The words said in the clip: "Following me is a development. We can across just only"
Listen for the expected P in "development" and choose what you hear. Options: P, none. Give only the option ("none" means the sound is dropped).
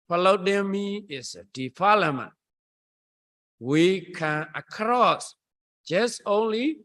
none